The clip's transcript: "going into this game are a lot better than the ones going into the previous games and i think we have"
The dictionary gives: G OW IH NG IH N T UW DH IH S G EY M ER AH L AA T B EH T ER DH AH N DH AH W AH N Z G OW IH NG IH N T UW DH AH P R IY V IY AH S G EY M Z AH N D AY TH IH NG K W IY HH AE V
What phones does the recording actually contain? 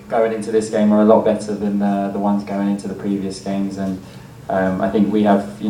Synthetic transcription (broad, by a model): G OW IH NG IH N T UW DH IH S G EY M ER AH L AA T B EH T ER DH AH N DH AH W AH N Z G OW IH NG IH N T UW DH AH P R IY V IY AH S G EY M Z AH N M AY TH IH NG K W IY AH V